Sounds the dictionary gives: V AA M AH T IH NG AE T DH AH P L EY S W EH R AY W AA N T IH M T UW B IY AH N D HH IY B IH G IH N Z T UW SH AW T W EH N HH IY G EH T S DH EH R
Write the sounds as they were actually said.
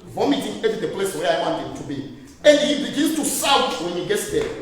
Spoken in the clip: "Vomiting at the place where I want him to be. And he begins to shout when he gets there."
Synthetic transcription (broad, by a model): V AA M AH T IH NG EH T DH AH P L EY S W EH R AY W AA N T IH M T UW B IY AH N D HH IY B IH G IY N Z T UW S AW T W EH N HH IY G EH T S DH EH